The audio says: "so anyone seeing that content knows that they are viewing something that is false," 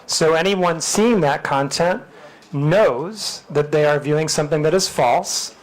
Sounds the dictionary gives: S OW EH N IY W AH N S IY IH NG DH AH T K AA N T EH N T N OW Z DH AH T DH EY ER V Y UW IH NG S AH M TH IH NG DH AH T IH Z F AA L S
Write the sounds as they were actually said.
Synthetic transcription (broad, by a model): S OW EH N IY W AH N S IY IH NG DH AH T K AA N T EH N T N OW Z DH AH T DH EY ER V Y UW IH NG S AH M TH IH NG DH AH T IH Z F AA L S